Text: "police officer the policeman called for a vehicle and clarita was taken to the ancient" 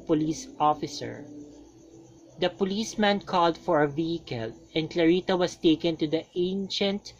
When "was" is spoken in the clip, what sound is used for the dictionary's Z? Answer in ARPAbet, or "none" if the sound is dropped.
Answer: S